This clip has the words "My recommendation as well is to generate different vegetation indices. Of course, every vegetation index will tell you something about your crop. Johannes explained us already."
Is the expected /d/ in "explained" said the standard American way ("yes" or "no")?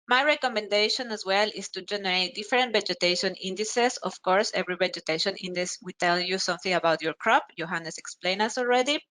no